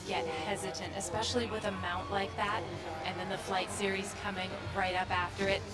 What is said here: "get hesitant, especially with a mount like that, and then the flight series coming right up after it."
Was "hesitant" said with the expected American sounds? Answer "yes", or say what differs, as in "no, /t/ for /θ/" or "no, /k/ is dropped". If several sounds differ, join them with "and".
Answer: yes